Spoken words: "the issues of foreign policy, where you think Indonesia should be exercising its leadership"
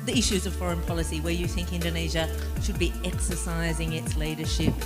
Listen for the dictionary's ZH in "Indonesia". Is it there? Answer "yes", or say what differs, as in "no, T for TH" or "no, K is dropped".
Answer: yes